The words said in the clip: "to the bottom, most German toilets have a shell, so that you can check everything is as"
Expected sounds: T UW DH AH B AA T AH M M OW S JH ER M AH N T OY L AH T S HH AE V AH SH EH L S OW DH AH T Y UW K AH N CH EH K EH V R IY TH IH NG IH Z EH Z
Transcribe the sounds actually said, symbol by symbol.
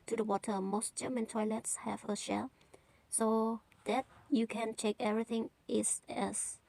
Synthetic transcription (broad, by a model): T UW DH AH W AA T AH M M OW S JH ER M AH N T OY L AH T S HH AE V AH SH EH L S OW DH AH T Y UW K AH N CH EH K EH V R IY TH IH NG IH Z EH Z